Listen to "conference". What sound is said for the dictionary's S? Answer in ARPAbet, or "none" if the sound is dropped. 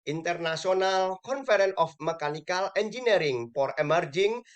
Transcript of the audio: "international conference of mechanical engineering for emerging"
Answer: none